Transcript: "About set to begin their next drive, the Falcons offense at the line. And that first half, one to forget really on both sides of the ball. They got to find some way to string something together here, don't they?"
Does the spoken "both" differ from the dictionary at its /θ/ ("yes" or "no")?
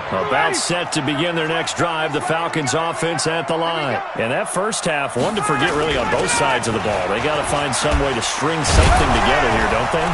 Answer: no